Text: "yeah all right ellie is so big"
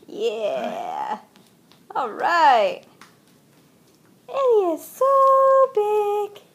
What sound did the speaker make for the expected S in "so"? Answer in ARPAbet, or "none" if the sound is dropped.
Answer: S